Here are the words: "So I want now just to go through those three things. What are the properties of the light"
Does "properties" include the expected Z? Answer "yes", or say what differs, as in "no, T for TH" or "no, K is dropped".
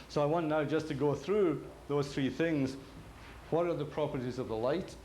yes